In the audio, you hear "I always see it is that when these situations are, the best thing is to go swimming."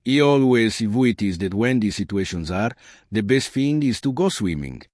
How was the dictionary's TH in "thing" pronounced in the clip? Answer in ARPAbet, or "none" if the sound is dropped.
F